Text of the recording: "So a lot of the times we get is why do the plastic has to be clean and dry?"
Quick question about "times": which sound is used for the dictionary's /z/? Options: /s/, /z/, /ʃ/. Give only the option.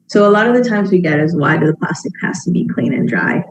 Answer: /z/